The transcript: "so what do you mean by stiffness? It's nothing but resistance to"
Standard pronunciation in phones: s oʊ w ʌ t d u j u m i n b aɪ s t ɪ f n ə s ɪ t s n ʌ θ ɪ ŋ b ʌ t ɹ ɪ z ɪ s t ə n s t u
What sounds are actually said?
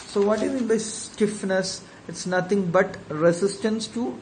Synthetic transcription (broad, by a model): s oʊ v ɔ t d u j u m i n b aɪ s t ɪ f n ə s ɪ t s n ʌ t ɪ ŋ b ʌ t ɹ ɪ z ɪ s t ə n s t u